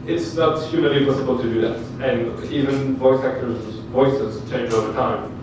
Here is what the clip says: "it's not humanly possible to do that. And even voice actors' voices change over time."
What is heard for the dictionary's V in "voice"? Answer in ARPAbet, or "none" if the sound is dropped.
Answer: V